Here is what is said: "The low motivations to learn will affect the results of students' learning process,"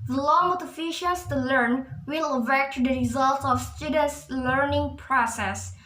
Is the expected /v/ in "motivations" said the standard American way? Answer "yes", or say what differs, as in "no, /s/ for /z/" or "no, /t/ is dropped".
no, /f/ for /v/